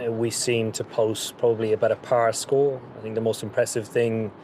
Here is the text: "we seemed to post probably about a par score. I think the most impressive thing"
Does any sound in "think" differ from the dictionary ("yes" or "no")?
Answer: no